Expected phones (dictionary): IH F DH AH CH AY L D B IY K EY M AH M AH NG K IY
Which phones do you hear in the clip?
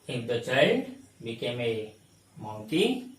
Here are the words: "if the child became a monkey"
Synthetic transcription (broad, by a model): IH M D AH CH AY D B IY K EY M AH M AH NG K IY